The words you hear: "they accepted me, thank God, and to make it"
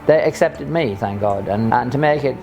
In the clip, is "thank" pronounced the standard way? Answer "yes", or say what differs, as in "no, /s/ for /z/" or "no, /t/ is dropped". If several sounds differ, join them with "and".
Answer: yes